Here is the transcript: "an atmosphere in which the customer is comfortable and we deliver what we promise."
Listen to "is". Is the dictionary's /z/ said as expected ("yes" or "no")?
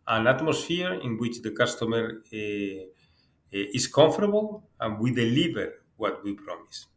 no